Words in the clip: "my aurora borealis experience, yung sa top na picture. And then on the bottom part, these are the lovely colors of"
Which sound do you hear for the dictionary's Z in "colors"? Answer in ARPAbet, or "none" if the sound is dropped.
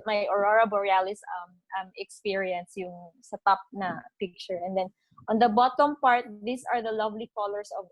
S